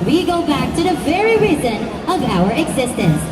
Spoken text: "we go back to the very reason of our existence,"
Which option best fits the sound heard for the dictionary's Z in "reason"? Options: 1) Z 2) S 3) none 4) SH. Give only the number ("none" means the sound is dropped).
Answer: 1